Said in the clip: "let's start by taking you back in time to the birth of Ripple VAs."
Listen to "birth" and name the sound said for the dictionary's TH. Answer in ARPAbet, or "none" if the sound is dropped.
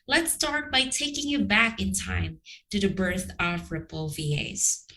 TH